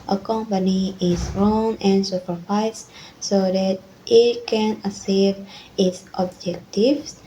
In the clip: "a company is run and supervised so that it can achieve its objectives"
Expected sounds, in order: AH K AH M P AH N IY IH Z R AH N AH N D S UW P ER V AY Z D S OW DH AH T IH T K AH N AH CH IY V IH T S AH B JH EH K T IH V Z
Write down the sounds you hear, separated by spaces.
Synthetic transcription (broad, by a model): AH K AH M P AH N IY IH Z R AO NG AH N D S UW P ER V AY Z S OW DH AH T IH T K AH N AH S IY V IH T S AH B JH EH K T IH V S